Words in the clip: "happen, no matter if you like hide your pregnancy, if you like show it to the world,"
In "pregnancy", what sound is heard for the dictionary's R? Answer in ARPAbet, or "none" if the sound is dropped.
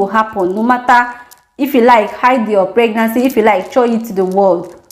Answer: R